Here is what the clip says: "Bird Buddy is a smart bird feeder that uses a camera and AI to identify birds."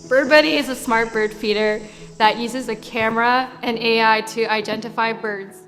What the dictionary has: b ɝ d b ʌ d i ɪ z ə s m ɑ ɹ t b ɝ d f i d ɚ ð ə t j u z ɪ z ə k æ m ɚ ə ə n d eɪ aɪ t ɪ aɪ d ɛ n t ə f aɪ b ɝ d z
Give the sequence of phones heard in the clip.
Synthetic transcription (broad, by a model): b ɝ d b ʌ d i ɪ z ə s m ɑ ɹ t b ɝ d f i d ɚ ð ə t j u z ɪ z ə k æ m ɚ ə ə n eɪ aɪ t ɪ aɪ d ɛ n t ə f aɪ b ɝ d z